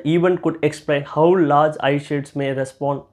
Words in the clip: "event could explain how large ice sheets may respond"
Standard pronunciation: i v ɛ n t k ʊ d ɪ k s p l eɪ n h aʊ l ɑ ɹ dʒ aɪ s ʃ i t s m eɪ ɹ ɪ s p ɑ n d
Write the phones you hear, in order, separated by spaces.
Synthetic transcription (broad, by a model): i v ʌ n k ʊ d ɪ k s p l eɪ n h aʊ l ɑ ɹ dʒ aɪ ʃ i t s m eɪ ɹ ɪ s p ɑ n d